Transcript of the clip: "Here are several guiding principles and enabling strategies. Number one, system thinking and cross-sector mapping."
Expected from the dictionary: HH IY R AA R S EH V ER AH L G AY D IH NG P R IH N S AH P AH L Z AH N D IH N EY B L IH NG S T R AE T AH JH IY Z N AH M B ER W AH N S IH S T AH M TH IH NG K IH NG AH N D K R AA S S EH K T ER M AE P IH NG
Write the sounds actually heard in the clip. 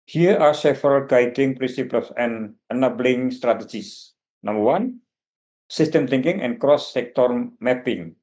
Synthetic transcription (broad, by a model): HH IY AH AA R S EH F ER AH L G AY D IH NG P R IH N S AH P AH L S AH N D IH N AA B L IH NG S T R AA T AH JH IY S N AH M B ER W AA N S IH S T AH M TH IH NG K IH NG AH N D K R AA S S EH K T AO M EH P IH NG